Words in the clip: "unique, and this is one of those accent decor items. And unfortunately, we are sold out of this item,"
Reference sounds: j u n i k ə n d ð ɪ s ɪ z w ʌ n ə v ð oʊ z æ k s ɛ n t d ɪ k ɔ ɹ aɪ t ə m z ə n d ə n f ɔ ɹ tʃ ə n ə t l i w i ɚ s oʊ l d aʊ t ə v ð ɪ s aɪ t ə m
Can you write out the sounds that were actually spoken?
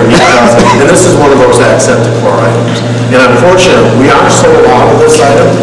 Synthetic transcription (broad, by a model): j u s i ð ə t ð ɪ s ɪ z w ʌ n ə v ð oʊ z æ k s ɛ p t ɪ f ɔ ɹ aɪ t ə m z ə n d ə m f ɔ ɹ tʃ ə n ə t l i w i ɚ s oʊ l aʊ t ə v ð ɪ s aɪ t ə m